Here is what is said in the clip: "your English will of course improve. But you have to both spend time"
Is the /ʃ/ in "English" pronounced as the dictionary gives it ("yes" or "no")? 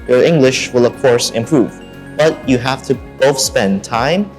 yes